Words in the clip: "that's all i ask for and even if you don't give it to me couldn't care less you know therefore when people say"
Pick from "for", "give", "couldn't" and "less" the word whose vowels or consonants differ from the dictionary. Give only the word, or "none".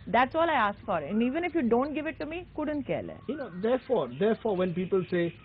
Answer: less